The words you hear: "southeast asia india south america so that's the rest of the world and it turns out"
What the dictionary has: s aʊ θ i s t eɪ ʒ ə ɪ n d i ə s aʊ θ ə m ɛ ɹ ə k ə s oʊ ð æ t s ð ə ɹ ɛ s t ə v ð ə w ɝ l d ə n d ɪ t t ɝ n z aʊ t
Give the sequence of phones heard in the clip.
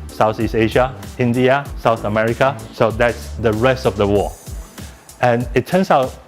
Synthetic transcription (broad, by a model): s aʊ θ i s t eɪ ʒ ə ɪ n d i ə s aʊ θ ə m ɛ ɹ ə k ə s oʊ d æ t s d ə ɹ ɛ s t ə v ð ə w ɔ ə n ɪ t t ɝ n s aʊ t